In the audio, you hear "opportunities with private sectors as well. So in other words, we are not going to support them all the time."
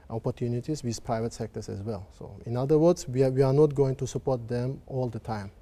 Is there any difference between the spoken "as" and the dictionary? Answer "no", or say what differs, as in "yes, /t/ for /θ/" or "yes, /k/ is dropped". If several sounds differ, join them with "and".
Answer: yes, /s/ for /z/